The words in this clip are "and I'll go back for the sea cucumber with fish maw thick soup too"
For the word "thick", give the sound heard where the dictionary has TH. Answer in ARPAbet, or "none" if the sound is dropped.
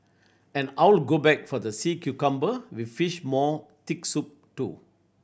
T